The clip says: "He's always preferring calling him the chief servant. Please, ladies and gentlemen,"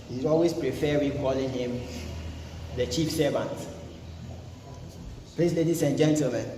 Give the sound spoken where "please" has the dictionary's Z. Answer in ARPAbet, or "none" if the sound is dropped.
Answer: S